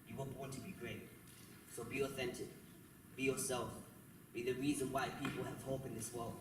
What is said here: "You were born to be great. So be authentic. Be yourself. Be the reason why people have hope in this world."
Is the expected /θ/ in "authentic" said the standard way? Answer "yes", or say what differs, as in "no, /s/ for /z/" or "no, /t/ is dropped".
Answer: yes